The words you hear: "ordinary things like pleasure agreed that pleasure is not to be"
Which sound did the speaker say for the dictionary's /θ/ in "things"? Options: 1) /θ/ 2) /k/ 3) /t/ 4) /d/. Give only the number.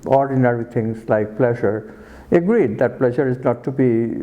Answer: 3